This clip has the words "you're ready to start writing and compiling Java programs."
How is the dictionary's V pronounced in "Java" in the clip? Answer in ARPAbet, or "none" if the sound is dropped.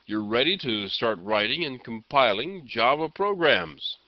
B